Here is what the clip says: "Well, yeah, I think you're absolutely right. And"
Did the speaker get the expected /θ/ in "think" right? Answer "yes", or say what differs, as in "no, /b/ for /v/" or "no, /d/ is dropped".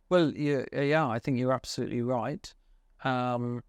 yes